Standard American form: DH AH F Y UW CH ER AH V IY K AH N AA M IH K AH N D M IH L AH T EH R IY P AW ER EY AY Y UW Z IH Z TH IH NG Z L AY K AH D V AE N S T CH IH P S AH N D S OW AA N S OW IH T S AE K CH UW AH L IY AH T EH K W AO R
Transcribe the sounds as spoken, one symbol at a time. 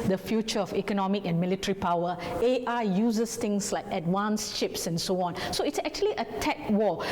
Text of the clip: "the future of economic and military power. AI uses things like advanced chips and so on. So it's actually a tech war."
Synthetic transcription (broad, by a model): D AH F Y UW CH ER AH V IY K AH N AA M IH K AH N M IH L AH T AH R IY P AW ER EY AY Y UW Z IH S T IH NG S L AY K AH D W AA N S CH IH P S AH N S OW AA N S OW IH T S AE K CH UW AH L IY AH T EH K W AO